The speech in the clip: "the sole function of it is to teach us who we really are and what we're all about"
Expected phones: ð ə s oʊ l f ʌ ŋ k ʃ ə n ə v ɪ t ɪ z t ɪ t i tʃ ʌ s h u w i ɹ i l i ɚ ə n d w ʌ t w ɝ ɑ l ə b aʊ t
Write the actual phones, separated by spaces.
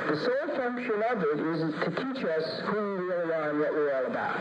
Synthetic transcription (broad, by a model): ð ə s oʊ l f ʌ ŋ k ʃ ə n ə v ɪ t ɪ z t ɪ t i tʃ ʌ s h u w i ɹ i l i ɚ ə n w ʌ t w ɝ ɑ l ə b aʊ t